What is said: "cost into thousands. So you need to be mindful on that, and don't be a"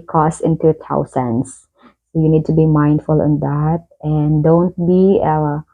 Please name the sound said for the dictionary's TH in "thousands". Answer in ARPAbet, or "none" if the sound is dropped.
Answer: T